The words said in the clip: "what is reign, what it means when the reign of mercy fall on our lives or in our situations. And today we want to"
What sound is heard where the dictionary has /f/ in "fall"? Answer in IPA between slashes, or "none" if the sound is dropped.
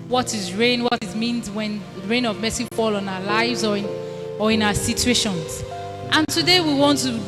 /f/